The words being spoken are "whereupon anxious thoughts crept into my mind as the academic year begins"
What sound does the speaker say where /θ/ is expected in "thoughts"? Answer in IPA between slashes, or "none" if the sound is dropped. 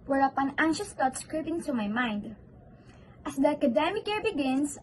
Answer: /t/